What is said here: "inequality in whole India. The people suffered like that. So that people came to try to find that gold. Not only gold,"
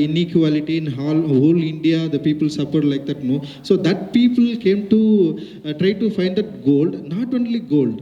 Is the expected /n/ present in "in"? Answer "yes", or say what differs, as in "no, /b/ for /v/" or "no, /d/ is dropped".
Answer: no, /l/ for /n/